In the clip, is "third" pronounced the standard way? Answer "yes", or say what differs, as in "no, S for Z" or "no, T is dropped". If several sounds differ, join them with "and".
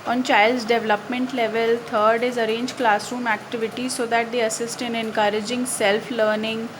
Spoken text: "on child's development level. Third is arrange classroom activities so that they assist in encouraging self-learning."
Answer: no, T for TH